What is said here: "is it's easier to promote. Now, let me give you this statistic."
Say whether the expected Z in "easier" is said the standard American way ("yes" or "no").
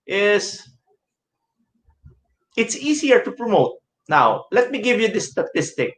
no